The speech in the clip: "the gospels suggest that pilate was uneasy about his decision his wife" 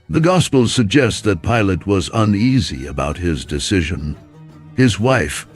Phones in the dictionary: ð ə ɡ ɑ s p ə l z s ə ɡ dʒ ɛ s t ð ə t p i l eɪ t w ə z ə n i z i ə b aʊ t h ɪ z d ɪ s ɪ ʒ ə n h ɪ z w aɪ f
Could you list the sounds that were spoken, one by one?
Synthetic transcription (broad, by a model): ð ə ɡ ɑ s p l s ə ɡ dʒ ɛ s t ð ə t p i l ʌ t w ə z ə n i z i ə b aʊ t h ɪ z d ɪ s ɪ ʒ ə n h ɪ z w aɪ f